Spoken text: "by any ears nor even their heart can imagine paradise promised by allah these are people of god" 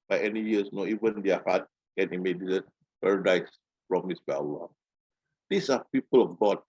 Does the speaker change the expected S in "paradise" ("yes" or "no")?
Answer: no